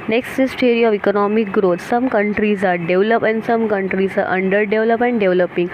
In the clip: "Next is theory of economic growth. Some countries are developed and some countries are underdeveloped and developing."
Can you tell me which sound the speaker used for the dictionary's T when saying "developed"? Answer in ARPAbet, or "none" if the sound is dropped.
none